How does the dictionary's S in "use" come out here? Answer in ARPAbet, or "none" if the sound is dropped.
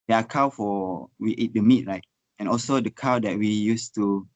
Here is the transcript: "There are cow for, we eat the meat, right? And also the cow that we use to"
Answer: S